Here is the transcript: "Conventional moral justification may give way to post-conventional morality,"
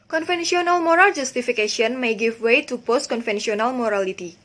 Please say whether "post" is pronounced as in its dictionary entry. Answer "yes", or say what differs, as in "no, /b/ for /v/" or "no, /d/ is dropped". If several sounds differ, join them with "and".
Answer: yes